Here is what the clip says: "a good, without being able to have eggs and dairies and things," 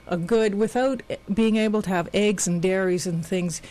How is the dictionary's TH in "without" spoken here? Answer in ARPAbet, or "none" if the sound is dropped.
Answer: TH